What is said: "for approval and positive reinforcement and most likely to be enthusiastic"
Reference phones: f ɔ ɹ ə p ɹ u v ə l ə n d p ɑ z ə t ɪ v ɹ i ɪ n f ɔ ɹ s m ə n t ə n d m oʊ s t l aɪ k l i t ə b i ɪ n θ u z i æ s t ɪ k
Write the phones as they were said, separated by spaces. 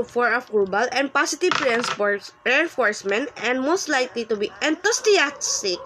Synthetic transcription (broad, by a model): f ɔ ɹ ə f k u b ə l ə n d p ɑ s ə t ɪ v ɹ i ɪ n f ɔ ɹ s m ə n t ə n d m oʊ s t l aɪ k l i t ə b i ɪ n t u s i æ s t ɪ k